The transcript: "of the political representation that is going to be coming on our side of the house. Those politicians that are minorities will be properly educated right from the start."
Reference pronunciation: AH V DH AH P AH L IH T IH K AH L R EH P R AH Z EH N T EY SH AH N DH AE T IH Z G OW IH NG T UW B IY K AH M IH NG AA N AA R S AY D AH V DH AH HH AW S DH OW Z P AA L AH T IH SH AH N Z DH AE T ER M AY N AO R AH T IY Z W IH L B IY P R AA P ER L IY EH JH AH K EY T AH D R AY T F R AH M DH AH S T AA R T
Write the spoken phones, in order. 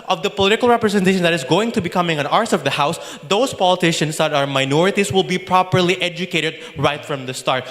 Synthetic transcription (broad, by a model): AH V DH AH P AH L IH T IH K AH L R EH P R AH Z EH N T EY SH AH N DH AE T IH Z G OW IH NG T UW B IY K AH M IH NG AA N AA R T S AH V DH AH HH AW S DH OW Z P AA L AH T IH SH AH N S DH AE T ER M AY N AO R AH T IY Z W IH L B IY P R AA P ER L IY EH JH AH K EY T AH D R AY T F R AH M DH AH S T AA R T